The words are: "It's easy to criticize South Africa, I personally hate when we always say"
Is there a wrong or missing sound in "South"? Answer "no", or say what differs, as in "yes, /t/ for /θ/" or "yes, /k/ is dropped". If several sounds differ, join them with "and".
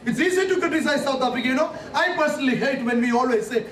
yes, /t/ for /θ/